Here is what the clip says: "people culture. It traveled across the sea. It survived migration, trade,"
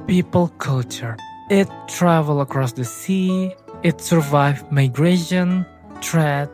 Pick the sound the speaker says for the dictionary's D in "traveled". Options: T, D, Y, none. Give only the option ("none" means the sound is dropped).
none